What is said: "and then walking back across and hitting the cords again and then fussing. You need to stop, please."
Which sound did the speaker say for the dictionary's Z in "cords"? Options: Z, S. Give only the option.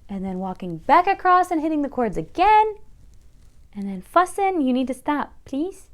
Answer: Z